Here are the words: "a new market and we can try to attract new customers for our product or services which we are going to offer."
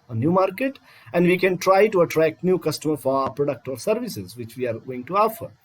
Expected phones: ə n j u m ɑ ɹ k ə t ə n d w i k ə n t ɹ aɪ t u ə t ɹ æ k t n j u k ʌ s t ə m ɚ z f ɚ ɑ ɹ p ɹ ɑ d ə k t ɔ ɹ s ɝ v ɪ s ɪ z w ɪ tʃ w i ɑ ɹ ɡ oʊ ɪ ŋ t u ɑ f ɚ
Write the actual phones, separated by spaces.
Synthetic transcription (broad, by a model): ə n j u m ɑ ɹ k ə t ə n d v i k ə n t ɹ aɪ t u ə t ɹ æ k t n j u k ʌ s t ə m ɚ f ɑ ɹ p ɹ ɑ d ə k t ɔ ɹ s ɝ v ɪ s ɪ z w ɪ tʃ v i ɑ ɹ ɡ oʊ ɪ ŋ t u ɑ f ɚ